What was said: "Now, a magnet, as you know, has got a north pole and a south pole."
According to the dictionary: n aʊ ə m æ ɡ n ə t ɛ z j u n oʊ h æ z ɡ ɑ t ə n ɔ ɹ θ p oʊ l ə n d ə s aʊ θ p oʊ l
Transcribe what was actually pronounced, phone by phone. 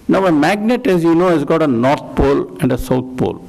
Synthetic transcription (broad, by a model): n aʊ ə m æ ɡ n ə t ɛ z j u n oʊ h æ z ɡ ɑ t ə n ɔ ɹ t p oʊ l ə n d ə s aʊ t p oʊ l